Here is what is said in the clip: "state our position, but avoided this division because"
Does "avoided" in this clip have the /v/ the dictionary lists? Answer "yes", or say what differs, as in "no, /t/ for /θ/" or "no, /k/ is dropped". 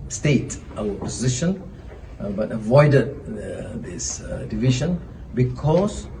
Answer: yes